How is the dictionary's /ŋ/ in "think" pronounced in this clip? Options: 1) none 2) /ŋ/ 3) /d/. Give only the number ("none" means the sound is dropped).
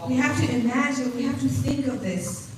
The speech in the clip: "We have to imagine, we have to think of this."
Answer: 2